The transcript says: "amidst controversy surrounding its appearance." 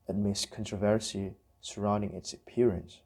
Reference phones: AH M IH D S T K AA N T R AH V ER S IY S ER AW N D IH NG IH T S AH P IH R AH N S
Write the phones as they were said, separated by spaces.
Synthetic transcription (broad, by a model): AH M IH S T K AA N T R AH V ER S IY S ER AW N D IH NG IH T S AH P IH R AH N S